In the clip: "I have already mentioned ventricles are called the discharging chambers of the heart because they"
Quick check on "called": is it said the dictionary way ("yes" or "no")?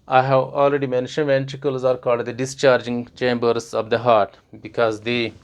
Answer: yes